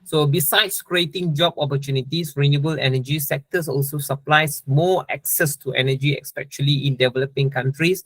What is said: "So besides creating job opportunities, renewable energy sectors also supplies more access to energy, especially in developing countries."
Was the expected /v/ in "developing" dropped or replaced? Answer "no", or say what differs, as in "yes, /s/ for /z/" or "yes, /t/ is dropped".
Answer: no